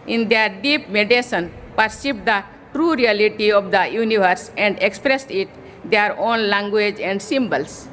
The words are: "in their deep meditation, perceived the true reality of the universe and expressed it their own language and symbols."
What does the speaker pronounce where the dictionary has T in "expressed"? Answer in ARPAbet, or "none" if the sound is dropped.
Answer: T